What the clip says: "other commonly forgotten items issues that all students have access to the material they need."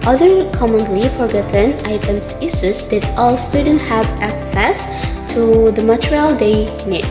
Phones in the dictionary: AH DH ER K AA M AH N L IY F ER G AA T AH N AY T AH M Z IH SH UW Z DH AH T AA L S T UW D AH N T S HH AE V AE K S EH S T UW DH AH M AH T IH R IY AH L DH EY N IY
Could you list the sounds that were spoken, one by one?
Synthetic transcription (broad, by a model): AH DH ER K AA M AH N L IY F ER G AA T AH N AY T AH M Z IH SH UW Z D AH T AA L S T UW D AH N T HH AE V AE K S EH S T UW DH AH M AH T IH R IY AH L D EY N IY